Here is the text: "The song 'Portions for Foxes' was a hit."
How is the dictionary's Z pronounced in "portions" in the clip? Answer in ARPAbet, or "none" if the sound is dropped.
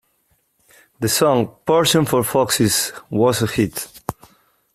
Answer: none